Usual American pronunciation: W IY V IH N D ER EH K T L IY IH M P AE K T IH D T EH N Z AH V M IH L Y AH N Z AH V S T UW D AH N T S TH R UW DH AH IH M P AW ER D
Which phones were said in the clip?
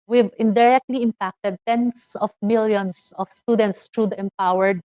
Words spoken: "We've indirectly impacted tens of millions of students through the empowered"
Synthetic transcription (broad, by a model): W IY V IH N D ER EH K T L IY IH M P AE K T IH D T EH N S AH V M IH L Y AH N S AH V S T UW D AH N T S T R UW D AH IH M P AW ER D